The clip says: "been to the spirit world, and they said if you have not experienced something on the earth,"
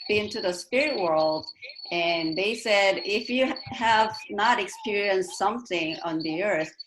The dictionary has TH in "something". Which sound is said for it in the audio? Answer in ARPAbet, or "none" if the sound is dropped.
TH